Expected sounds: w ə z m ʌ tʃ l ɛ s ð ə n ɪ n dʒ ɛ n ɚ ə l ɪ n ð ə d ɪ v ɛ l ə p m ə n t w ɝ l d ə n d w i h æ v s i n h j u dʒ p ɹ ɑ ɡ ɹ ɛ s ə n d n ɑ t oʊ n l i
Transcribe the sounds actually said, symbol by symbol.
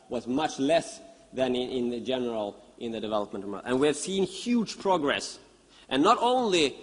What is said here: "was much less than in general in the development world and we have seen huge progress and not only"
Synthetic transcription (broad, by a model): w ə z m ʌ tʃ l ɛ s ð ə n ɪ n dʒ ɛ n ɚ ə l ɪ n ð ə d ɪ v ɛ l ə p m ə n t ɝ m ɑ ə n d w i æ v s i n h j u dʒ p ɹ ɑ ɡ ɹ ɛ s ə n n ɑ t oʊ n l i